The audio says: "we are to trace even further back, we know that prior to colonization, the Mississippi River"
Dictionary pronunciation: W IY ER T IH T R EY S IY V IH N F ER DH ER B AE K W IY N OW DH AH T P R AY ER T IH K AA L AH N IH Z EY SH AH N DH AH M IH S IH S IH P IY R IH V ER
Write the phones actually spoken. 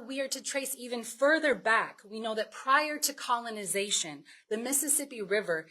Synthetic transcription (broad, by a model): W IY ER T IH T R EY S IY V IH N F ER DH ER B AE K W IY N OW DH AH T P R AY ER T IH K AA L AH N IH Z EY SH AH N DH AH M IH S IH S IH P IY R IH V ER